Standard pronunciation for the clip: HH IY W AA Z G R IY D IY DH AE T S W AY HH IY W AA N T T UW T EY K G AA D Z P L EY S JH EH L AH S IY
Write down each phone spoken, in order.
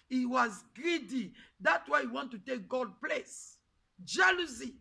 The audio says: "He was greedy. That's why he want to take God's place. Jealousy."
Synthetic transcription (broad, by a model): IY W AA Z G R IY D IY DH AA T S W AY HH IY W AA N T T UW T EY K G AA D P L EY S JH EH L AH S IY